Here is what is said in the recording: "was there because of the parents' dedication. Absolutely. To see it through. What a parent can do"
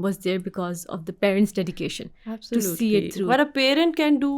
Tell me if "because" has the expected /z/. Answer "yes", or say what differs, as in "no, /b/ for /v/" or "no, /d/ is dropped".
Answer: yes